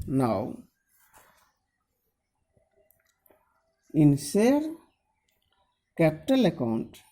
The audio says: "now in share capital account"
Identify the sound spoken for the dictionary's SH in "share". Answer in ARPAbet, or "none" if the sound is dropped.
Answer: S